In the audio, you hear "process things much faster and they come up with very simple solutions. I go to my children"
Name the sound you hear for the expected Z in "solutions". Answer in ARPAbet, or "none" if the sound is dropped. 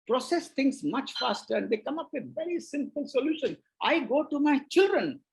none